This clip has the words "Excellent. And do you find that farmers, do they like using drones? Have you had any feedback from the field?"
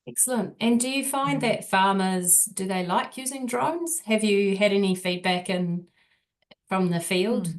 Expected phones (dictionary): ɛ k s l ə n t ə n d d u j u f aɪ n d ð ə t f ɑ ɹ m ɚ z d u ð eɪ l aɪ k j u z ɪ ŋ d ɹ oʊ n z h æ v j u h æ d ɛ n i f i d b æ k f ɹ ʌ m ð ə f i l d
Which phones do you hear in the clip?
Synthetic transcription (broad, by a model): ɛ k s l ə n t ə n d d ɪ j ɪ f aɪ n ð ə t f ɑ ɹ m ɚ z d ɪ ð eɪ l aɪ k j u z ɪ ŋ d ɹ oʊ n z h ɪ v j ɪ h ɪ d ɛ n i f i d b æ k f ɹ ʌ m ð ə f i l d